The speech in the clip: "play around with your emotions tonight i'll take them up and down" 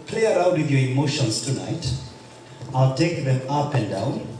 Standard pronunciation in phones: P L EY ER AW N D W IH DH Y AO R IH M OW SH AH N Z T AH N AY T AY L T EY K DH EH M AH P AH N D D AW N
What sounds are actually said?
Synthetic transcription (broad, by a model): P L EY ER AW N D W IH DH Y AO R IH M OW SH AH N S T AH N AY T AY L T EY K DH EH M AH P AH N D D AW N